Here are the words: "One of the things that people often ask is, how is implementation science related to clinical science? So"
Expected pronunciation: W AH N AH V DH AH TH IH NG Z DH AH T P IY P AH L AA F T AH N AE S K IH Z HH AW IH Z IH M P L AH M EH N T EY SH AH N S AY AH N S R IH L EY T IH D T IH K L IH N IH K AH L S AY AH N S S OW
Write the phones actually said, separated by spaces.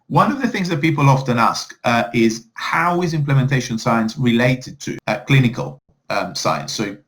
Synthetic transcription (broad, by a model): W AH N AH V DH AH TH IH NG Z DH AH T P IY P AH L AA F T AH N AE S K IH Z HH AW IH Z IH M P L AH M EH N T EY SH AH N S AY AH N S R IH L EY T IH D T IH K L IH N IH K AH L S AY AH N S S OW